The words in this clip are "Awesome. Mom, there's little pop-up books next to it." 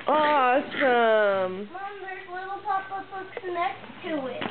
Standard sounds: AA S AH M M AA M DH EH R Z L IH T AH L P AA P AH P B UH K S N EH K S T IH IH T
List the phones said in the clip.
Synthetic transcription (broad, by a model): AA S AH M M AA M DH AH R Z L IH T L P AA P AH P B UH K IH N EH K T IH IH T